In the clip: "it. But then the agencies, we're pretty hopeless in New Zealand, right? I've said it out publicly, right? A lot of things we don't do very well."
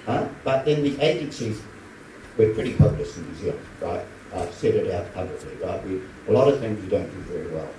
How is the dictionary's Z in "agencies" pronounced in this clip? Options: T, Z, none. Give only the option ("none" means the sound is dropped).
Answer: Z